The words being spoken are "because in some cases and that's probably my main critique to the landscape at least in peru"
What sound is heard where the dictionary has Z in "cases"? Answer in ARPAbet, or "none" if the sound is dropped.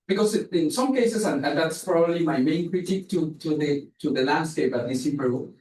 S